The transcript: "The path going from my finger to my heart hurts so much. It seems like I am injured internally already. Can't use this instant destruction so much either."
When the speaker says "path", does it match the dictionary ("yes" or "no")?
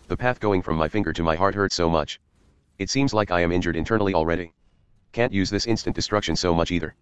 yes